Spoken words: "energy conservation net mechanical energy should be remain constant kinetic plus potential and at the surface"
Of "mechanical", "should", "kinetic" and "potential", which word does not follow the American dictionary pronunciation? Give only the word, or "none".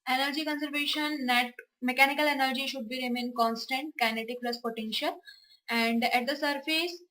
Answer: none